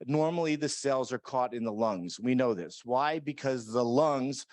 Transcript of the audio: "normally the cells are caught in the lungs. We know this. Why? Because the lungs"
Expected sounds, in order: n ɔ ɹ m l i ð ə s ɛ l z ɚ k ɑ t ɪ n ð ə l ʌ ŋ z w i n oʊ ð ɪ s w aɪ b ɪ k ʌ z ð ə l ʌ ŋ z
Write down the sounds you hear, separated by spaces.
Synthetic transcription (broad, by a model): n ɔ ɹ m l i ð ə s ɛ l z ɚ k ɑ t ɪ n ð ə l ʌ ŋ z w i n oʊ ð ɪ s w aɪ b ɪ k ʌ z ð ə l ʌ ŋ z